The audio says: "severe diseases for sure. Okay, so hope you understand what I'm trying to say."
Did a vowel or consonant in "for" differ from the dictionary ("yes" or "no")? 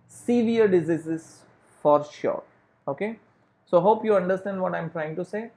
no